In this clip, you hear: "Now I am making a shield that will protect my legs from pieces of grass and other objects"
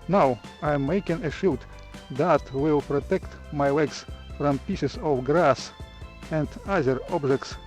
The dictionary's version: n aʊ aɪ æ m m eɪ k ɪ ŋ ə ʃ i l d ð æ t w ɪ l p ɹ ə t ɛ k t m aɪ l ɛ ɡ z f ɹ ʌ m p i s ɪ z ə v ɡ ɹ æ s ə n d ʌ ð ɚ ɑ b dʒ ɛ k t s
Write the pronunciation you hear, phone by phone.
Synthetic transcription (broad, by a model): n aʊ aɪ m m eɪ k ɪ ŋ ə ʃ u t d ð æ t w ɪ l p ɹ ə t ɛ k t m aɪ w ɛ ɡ s f ɹ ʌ m p i s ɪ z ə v ɡ ɹ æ s ə n d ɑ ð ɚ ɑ b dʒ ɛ k t s